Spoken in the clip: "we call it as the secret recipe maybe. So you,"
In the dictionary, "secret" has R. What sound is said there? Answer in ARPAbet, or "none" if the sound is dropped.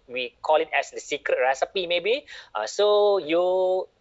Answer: R